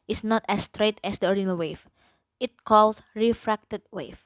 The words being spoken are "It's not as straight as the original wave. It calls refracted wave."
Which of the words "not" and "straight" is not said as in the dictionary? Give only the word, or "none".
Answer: none